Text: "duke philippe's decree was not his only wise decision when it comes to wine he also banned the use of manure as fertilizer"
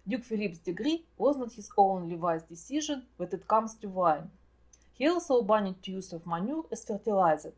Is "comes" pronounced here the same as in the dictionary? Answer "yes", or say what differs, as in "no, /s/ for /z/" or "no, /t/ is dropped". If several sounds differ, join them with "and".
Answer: no, /s/ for /z/